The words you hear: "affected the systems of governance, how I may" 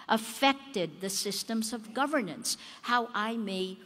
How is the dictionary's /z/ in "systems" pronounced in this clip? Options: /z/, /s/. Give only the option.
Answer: /z/